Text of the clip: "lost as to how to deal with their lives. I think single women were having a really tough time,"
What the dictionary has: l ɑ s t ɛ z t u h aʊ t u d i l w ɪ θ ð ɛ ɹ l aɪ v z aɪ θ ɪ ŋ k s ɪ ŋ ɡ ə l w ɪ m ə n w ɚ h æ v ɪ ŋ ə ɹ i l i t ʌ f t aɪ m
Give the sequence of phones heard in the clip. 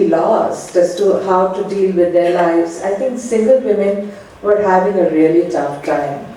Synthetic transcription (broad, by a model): l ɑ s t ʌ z t u h aʊ t u d i l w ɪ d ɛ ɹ l aɪ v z aɪ t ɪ ŋ k s ɪ ŋ ɡ ə l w ɪ m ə n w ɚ h æ v ɪ ŋ ə ɹ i l i t ʌ f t aɪ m